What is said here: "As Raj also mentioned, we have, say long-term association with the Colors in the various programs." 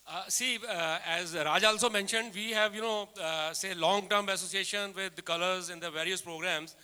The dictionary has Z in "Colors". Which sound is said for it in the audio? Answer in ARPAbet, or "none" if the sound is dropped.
Z